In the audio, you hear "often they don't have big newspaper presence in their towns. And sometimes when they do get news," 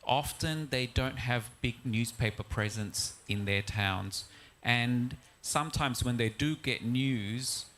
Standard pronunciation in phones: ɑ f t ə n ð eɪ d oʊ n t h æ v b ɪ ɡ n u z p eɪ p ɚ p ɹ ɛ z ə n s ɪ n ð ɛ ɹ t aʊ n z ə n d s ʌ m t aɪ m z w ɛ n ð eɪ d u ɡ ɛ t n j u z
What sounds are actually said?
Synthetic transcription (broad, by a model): ɑ f t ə n ð eɪ d oʊ n t h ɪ v b ɪ ɡ n u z p eɪ p ɚ p ɹ ɛ z ə n s ɪ n ð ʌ ɹ t aʊ n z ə n s ʌ m t aɪ m z w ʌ n ð eɪ d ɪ ɡ ɛ t n j u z